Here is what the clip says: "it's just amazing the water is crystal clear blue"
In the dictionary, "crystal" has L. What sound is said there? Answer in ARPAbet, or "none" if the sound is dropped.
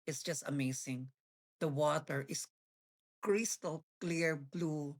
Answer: L